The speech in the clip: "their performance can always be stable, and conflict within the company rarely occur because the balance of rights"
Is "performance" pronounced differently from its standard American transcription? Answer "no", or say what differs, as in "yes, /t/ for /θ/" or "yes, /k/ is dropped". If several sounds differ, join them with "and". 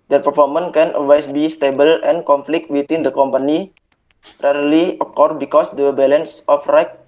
yes, /s/ is dropped